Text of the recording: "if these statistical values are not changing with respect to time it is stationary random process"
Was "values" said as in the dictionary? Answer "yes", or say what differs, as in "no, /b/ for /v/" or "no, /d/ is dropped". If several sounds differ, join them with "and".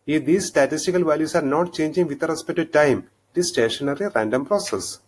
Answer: no, /s/ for /z/